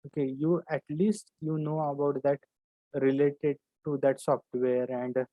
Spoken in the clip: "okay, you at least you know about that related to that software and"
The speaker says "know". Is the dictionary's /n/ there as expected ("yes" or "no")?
yes